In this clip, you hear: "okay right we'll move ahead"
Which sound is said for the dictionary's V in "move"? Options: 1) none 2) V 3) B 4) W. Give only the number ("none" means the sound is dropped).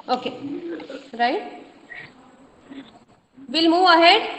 1